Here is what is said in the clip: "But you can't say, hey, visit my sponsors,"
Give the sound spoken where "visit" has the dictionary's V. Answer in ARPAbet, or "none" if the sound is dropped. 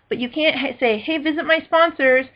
V